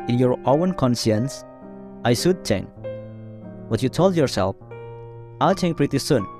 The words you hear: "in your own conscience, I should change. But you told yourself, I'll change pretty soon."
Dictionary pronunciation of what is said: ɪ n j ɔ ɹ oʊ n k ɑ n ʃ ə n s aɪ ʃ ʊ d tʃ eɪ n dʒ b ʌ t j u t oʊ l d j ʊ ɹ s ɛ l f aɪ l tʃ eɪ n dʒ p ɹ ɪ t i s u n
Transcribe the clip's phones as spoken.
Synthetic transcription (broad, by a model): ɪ n j ɔ ɹ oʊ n k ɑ n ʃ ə n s aɪ s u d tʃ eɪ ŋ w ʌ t j u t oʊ l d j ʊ ɹ s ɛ l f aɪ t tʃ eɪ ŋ p ɹ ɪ t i s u n